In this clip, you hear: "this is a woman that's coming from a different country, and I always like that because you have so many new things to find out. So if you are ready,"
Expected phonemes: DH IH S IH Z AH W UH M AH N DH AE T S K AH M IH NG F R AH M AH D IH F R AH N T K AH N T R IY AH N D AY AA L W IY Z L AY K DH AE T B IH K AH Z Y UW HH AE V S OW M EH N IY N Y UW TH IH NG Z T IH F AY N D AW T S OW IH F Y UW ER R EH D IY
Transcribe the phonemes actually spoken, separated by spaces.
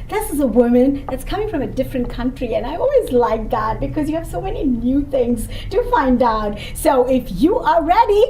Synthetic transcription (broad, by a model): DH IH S IH Z AH W UH M AH N DH AE T S K AH M IH NG F R AH M AH D IH F R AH N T K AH N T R IY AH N AY AA L W IY Z L AY K DH AE T B IH K AH Z Y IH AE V S OW M EH N IY N Y UW TH IH NG Z T IH F AY N D AW T S OW IH F Y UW ER R EH D IY